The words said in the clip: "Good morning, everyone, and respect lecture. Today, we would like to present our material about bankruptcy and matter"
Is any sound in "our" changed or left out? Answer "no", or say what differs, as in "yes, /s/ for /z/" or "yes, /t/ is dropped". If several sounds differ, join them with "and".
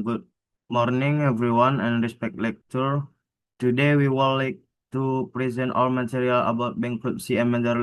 yes, /l/ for /ɹ/